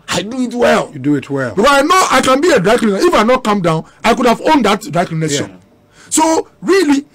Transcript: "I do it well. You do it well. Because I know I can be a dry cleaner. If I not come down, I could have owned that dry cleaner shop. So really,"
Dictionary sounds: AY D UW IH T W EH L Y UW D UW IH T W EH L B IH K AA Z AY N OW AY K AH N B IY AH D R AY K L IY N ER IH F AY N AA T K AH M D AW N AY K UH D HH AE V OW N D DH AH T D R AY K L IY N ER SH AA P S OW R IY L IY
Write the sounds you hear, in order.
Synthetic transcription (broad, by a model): AY D UW IH T W EH L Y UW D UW IH T W EH L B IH K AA S AY N OW AY K AH N B IY AH D R AY K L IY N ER IH F AY N AA T K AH M D AW N AY K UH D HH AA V OW N D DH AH T D R AY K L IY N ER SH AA S OW R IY L IY